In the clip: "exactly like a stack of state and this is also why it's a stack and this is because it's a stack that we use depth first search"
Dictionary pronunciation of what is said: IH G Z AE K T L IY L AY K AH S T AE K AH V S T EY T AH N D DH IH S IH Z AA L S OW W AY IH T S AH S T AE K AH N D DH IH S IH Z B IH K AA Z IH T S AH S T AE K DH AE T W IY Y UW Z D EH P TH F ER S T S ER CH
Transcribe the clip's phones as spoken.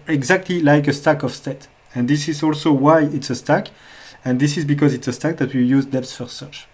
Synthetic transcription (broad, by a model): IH G Z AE K T L IY L AY K AH S T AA K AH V S T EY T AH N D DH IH S IH Z AA L S OW W AY IH T S AH S T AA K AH N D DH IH S IH Z B IH K AA Z IH T S AH S T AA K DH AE T W IY Y UW Z D EH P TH F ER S S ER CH